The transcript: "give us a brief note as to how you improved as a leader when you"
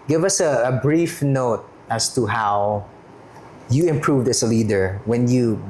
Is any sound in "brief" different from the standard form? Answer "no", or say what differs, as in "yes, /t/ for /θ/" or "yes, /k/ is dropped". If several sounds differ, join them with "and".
no